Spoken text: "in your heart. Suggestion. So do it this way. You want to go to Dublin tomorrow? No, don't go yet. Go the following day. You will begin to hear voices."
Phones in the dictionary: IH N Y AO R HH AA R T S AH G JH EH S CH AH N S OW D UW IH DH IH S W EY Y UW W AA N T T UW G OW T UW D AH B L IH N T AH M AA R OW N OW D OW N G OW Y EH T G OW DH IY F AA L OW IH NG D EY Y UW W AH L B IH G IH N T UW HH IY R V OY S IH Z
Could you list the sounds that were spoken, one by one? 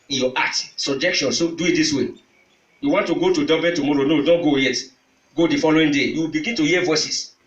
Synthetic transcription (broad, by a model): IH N Y AO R AA T S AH JH EH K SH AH N S OW D UW IH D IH S W EY Y UW W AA N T T UW G OW T UW D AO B IH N T AH M AA R OW N OW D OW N G OW Y EH T G OW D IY F AA L OW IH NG D EY Y UW W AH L B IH G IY N T UW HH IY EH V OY S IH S